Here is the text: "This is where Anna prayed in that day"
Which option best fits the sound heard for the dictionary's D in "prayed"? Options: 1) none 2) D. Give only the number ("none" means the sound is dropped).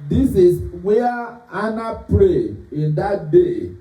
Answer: 1